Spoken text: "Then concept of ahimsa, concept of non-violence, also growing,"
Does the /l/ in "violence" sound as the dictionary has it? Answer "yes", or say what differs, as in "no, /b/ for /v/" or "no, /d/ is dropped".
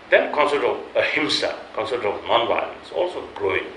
no, /l/ is dropped